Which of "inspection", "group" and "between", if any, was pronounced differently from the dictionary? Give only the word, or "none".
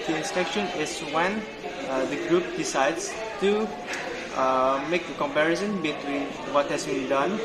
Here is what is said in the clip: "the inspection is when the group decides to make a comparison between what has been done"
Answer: inspection